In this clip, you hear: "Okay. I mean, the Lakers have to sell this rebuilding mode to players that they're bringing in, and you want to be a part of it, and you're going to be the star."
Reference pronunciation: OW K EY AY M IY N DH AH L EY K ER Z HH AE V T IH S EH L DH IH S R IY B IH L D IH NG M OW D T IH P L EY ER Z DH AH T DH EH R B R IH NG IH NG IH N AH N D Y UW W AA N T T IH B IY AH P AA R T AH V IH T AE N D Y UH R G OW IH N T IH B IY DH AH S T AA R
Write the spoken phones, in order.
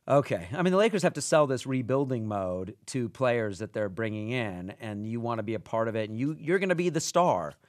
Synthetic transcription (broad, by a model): OW K EY AY M IY N DH AH L EY K ER Z HH AE F T IH S EH L DH IH S R IY B IH L D IH NG M OW D T IH P L EY ER Z DH AH T DH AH R B R IH NG IH NG IH N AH N Y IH W AA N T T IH B IY AH P AA R T AH V IH T N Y Y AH R G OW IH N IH B IY DH AH S T AA R